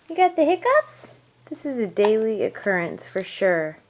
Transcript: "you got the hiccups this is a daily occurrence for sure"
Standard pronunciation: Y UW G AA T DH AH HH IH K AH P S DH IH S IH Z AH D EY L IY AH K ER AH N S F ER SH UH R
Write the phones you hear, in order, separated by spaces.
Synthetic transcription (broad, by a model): Y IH G AA T DH AH HH IH K AH P S DH IH S IH Z AH D EY L IY AH K ER AH N S F ER SH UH R